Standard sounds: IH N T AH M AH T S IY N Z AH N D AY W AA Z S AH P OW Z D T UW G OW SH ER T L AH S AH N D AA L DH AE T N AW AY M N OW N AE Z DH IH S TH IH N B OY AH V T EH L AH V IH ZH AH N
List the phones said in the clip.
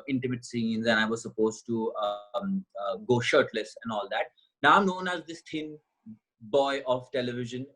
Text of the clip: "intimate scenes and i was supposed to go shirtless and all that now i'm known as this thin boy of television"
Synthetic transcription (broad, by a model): IH N T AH M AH T S IY N Z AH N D AY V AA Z S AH P OW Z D T UW G OW SH ER T L AH S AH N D AA L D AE T N AW AY M N OW N AE Z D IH S T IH N B OY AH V T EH L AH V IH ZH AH N